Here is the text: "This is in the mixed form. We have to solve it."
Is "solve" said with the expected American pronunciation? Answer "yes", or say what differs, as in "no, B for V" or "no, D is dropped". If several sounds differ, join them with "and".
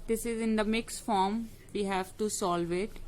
yes